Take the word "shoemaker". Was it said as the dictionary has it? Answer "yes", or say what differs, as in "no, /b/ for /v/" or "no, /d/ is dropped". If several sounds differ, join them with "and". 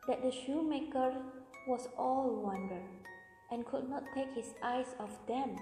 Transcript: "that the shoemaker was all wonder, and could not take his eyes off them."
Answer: yes